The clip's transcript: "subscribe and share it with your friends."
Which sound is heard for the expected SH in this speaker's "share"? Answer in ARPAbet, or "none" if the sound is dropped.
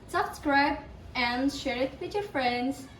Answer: SH